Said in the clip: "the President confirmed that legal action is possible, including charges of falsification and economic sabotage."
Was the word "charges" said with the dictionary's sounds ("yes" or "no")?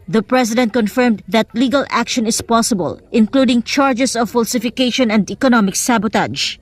no